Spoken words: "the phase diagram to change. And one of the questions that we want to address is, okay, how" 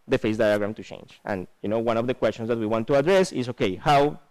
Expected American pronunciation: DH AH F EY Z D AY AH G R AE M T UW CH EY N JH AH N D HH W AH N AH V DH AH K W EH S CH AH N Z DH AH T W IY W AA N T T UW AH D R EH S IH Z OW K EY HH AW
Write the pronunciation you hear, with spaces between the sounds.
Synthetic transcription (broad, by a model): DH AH F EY S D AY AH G R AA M T UW CH EY N JH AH N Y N W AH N AH V DH AH K W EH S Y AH N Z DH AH T W IY W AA N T T UW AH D R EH S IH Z OW K EY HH AW